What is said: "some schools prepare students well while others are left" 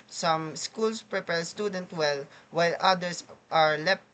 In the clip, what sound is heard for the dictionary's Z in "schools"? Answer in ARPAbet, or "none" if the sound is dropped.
S